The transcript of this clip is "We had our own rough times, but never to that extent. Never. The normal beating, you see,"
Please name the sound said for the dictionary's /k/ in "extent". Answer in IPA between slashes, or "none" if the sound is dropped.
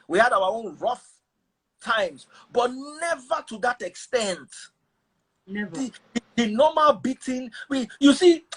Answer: /k/